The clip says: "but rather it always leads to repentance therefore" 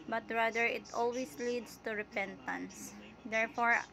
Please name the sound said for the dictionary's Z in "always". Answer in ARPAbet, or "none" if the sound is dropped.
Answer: S